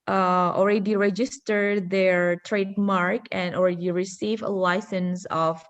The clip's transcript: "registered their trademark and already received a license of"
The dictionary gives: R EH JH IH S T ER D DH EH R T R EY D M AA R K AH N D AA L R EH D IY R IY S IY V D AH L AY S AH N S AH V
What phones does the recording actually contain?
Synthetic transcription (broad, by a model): R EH JH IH S T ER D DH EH R T R EY D M AA R K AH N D AA L R EH D IY R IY S IY V AH L AY S AH N S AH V